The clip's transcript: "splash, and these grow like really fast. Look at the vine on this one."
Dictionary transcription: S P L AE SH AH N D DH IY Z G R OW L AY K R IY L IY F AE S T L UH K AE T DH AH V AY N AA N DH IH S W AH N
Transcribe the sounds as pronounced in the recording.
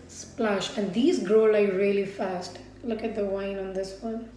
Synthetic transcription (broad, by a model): S P L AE SH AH N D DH IY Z G R OW L AY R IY L IY F AE S T L UH K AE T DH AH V AY N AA N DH IH S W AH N